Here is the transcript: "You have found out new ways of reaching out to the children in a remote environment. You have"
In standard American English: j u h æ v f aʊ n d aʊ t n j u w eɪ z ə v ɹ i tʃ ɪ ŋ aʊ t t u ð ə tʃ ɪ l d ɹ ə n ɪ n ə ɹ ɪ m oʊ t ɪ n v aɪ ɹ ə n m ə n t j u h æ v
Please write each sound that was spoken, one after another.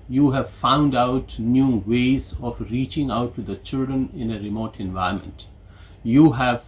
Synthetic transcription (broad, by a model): j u h æ v f aʊ n d aʊ t n j u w eɪ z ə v ɹ i tʃ ɪ ŋ aʊ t t u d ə tʃ ɪ l d ɹ ə n ɪ n ə ɹ ɪ m oʊ t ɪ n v aɪ ə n m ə n t j u h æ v